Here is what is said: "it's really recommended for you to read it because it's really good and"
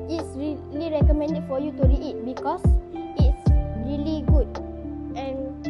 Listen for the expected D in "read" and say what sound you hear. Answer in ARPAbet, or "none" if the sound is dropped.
none